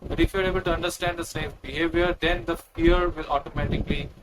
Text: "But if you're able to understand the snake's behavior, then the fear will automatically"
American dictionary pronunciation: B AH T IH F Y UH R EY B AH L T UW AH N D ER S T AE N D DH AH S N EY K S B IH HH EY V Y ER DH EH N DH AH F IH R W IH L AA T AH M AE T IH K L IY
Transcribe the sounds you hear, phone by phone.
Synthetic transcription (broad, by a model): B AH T IH F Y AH R EY B AH L T UW AH N D ER S T AE N D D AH S EY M B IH HH EY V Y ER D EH N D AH F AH R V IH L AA T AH M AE T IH K L IY